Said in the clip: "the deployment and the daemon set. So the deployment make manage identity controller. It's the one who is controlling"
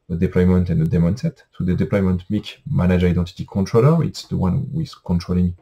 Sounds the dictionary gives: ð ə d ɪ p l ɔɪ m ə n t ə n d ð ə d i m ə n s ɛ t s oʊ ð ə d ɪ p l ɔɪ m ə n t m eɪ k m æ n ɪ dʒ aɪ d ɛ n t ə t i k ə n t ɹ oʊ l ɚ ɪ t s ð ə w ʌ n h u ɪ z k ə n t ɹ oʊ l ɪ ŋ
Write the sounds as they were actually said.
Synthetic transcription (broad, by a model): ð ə d ɪ p l ɔɪ m ə n t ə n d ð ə d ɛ m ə n s ɛ t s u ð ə d ɪ p l ɔɪ m ə n t m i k m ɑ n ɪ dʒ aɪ d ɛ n t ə t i k ə n t ɹ oʊ l ɚ ɪ t s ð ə w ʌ n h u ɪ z k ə n t ɹ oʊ l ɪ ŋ